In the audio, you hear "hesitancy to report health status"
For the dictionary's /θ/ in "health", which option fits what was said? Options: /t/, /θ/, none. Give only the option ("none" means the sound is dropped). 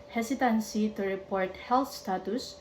/t/